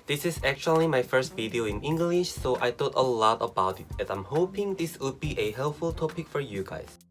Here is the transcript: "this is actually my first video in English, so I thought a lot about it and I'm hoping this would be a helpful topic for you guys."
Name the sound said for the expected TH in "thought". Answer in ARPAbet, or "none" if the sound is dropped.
T